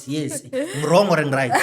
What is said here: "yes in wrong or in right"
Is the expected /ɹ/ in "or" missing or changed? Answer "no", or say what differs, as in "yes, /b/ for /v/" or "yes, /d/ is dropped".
no